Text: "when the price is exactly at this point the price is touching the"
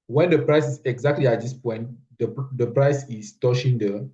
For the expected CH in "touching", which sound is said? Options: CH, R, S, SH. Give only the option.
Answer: SH